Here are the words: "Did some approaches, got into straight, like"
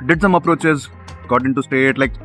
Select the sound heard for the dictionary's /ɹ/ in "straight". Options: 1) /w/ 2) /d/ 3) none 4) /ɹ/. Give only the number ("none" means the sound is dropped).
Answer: 3